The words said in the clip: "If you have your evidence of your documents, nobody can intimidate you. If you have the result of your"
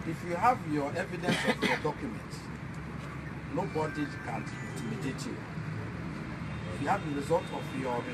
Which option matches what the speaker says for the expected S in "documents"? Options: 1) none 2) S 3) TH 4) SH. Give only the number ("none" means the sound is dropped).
1